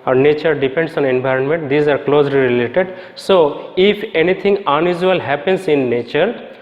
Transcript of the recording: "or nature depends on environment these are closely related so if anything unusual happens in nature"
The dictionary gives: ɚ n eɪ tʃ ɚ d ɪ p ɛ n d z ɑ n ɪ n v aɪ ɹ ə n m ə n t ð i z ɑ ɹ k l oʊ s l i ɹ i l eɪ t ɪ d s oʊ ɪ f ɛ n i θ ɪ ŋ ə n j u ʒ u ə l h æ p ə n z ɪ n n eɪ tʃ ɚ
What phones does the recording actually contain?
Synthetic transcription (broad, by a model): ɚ n eɪ tʃ ɚ d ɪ p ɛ n d s ɑ n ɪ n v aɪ ɹ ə n m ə n t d i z ɑ ɹ k l oʊ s l i ɹ i l eɪ t ɪ d s oʊ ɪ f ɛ n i t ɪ ŋ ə n j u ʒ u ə l h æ p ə n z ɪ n n eɪ tʃ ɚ